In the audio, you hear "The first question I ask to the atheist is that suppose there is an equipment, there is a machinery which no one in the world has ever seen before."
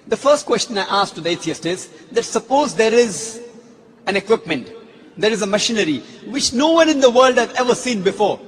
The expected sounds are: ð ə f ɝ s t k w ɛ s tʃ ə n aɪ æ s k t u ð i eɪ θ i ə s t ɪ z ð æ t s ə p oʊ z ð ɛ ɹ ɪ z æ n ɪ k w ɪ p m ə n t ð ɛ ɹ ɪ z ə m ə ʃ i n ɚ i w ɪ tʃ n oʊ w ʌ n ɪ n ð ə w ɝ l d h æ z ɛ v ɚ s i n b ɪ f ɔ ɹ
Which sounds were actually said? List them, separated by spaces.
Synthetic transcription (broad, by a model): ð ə f ɝ s t k w ɛ s tʃ ə n aɪ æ s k t u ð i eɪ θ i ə s t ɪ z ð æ t s ə p oʊ z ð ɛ ɹ ɪ z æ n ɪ k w ɪ p m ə n t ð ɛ ɹ ɪ z ə m ə ʃ i n ɚ i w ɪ tʃ n oʊ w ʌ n ɪ n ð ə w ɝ l d h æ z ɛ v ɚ s i n b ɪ f ɔ ɹ